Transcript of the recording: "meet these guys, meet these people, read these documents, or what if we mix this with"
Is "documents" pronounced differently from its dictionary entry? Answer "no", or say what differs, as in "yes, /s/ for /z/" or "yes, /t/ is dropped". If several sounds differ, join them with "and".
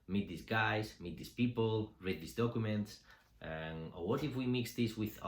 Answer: no